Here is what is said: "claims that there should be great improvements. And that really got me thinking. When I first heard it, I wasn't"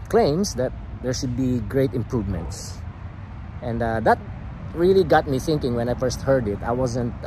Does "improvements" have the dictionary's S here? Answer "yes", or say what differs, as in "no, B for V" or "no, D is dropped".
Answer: yes